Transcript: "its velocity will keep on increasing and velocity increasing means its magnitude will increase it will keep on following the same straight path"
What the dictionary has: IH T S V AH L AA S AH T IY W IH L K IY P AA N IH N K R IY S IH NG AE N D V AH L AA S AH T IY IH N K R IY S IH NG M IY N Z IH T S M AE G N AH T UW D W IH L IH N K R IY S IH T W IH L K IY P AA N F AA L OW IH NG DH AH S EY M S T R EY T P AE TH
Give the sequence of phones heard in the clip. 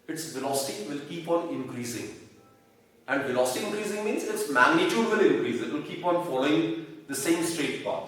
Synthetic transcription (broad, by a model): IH T S V AH L AA S AH T IY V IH L K IY P AA N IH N K R IY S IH NG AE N D V AH L AA S AH T IY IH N K R IY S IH NG M IY N Z IH T S M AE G N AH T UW D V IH L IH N K R IY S IH T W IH L K IY P AA N F AA L OW IH NG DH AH S EY M S T R EY T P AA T